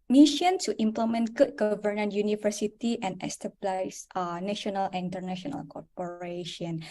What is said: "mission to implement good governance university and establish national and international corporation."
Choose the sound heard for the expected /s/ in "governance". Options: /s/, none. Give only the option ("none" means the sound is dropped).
none